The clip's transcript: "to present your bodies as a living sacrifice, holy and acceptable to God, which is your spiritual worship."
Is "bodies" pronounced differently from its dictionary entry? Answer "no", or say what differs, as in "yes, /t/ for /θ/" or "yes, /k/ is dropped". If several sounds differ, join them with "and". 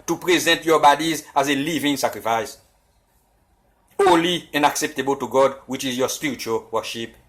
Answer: no